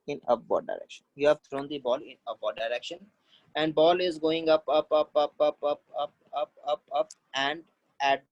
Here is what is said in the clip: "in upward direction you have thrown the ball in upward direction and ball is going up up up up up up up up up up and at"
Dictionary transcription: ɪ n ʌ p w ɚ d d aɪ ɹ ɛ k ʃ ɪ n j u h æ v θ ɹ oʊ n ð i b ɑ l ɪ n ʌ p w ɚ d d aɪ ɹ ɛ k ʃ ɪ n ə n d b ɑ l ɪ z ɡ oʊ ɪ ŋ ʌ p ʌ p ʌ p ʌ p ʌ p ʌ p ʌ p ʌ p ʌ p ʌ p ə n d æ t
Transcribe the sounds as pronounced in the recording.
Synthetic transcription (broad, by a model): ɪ n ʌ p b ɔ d d aɪ ɹ ɛ k ʃ ɪ n j u h æ v t ɹ oʊ n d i b ɑ l ɪ n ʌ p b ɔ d d aɪ ɹ ɛ k ʃ ɪ n ə n d b ɑ l ɪ z ɡ oʊ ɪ ŋ ʌ p ʌ p ʌ p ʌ p ʌ p ʌ p ʌ p ʌ p ʌ p ʌ p ə n d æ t